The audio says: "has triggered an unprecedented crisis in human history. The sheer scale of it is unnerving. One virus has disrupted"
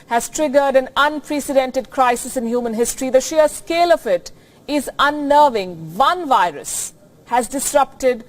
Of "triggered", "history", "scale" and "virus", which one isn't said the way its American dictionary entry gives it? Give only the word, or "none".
none